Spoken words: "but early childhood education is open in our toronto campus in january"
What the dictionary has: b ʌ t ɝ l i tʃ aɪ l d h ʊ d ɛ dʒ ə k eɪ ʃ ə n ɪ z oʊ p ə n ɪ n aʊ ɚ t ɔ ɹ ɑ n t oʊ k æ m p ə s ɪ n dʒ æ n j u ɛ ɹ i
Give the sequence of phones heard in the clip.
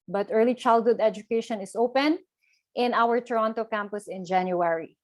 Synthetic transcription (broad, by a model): b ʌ t ɝ l i tʃ aɪ l d h ʊ d ɛ dʒ ə k eɪ ʃ ə n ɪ s oʊ p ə n ɪ n aʊ ɚ t ɔ ɹ ɑ n t oʊ k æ m p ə s ɪ n dʒ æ n j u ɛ ɹ i